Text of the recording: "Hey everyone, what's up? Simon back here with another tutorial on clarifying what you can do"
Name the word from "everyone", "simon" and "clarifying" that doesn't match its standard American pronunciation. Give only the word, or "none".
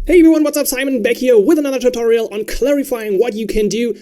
everyone